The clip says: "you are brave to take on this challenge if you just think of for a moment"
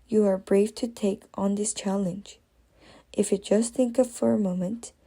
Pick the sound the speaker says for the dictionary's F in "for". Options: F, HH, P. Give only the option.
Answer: F